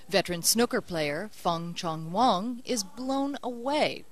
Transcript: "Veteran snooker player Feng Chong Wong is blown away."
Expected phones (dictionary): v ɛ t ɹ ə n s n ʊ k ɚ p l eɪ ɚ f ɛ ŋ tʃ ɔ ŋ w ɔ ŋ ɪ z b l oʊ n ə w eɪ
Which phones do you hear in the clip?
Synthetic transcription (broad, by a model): v ɛ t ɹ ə n s n ʊ k ɚ p l eɪ ɚ f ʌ ŋ tʃ ɔ ŋ w ɔ ŋ ɪ z b l oʊ n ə w eɪ